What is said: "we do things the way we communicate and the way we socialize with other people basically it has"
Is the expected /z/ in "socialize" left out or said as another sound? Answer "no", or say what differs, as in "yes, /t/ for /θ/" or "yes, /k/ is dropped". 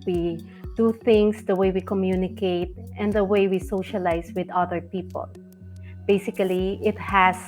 yes, /s/ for /z/